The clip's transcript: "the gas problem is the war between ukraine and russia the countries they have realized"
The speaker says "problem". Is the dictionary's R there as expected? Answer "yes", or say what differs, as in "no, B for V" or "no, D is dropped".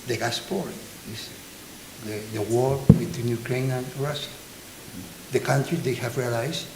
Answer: no, R is dropped